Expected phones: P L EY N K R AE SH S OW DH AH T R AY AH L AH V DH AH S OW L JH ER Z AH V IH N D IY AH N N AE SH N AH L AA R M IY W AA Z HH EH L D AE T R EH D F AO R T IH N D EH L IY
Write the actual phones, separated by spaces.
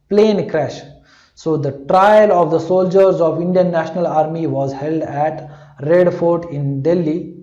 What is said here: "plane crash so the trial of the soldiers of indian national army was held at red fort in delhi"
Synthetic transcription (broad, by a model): P L EY N K R AE SH S OW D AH T R AY AH L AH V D AH S OW L JH ER Z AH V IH N D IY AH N N AE SH N AH L AA R M IY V AA Z HH EH L D AE T R EH D F AO R T IH N D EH L IY